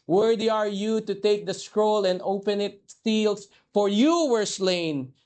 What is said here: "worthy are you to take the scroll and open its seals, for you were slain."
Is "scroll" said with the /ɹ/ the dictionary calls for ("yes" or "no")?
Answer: yes